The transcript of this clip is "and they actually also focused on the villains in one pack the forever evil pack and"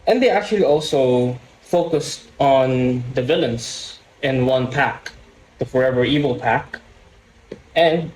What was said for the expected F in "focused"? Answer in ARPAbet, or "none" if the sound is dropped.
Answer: F